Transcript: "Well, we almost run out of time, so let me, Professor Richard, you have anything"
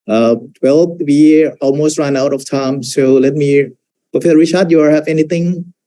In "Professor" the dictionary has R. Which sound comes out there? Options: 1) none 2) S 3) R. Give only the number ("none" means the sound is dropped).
1